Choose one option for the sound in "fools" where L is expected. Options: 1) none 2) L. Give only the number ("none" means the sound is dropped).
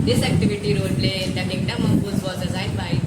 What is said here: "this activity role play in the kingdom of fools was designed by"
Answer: 1